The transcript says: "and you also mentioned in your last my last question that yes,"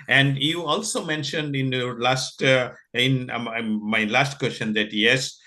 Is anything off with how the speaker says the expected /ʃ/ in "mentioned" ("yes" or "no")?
no